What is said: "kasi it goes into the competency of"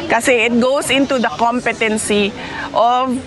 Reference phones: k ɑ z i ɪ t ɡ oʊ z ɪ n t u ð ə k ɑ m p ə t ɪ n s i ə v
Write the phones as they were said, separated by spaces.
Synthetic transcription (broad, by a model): k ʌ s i ɪ t ɡ oʊ s ɪ n t u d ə k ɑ m p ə t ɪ n s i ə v